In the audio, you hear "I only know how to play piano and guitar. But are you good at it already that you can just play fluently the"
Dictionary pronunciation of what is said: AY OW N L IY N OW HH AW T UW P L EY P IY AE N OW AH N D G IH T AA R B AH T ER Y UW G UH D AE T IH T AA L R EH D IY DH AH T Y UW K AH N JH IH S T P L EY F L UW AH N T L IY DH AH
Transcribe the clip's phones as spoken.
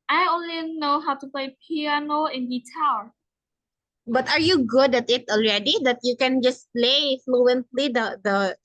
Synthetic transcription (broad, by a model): AY OW N L IY N OW HH AW T UW P L EY P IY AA N OW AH N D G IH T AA L B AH T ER Y UW G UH D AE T IH T AA L R EH D IY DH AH T Y UW K AH N JH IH S P L EY F L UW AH N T L IY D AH